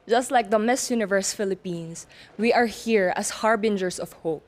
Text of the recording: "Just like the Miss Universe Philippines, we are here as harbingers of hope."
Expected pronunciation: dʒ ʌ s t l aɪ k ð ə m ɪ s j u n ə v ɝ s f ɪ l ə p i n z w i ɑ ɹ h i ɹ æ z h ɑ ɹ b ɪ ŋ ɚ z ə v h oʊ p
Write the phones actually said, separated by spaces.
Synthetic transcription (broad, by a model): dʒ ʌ s t l aɪ k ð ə m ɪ s j u n ə v ɝ s f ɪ l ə p i n s w i ɑ ɹ h i ɹ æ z h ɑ ɹ b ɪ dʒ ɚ s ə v h oʊ p